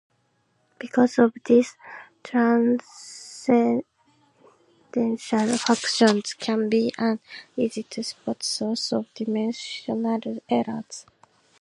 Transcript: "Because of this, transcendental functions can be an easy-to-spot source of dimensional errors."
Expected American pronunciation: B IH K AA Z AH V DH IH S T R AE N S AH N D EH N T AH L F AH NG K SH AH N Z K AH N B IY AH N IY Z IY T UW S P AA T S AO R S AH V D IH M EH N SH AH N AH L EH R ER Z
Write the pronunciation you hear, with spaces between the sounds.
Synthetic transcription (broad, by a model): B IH K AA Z AH V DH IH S T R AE N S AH D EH N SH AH L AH K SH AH N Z K AH N B IY AH N IY Z IY T UW S P AA T S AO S AH V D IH M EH N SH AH N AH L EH R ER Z